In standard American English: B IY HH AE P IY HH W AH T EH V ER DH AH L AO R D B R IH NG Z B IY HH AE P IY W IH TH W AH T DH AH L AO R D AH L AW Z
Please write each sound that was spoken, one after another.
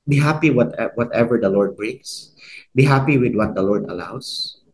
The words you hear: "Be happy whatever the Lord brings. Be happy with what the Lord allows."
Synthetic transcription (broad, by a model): B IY HH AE P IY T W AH T EH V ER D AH L AO R D B R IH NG S B IY HH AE P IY W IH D W AH T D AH L AO R D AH L AW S